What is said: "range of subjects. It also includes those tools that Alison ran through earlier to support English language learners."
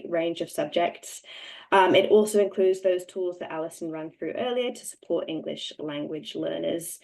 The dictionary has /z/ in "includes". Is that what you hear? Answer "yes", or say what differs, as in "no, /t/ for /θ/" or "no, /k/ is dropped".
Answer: yes